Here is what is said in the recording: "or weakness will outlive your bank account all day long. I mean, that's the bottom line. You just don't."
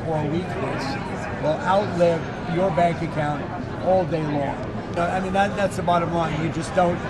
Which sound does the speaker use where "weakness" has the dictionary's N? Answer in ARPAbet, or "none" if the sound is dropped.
L